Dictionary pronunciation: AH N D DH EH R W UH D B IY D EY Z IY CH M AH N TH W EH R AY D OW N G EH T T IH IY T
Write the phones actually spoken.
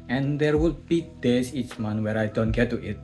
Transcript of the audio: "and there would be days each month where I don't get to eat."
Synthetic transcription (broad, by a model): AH N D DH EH R W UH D B IY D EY S IY CH M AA N W EH R AY D OW N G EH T T IH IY T